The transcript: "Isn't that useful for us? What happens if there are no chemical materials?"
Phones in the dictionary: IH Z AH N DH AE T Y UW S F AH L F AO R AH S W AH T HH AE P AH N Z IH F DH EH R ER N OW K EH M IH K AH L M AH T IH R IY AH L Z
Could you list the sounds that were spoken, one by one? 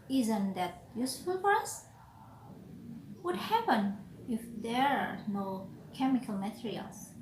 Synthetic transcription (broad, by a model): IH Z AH N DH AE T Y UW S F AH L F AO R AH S W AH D HH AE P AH N IH F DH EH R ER N OW K EH M IH K AH L M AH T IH R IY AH L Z